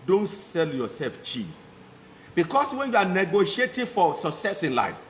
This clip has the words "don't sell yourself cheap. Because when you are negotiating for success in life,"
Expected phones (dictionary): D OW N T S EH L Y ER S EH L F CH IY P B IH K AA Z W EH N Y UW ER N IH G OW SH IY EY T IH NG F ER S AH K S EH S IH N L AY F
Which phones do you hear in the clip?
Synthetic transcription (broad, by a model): D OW N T S EH L Y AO S EH L F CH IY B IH K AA S W EH N Y UW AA N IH G OW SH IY EY T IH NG F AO S AH K S EH S IH N L AY F